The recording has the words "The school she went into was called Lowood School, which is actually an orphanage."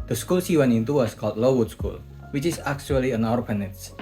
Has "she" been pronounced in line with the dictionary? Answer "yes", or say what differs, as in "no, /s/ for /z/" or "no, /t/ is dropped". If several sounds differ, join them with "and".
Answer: no, /s/ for /ʃ/